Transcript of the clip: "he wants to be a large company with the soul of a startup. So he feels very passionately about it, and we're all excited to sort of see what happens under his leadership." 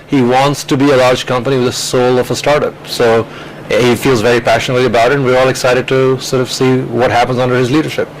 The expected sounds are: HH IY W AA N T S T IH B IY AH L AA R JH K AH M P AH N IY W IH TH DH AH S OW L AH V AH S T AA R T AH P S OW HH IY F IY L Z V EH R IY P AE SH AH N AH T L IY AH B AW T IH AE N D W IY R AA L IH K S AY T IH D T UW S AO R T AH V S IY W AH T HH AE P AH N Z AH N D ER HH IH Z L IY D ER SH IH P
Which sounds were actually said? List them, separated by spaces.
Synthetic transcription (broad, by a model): HH IY W AA N T S T IH B IY AH L AA R JH K AH M P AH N IY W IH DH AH S OW L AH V AH S T AA R T AH P S OW HH IY F IY L Z V EH R IY P AE SH AH N AH T L IY AH B AW T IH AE N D W IY R AA L IH K S AY T IH D T UW S AO R T AH V S IY W AH T HH AE P AH N Z AH N D ER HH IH Z L IY D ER SH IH P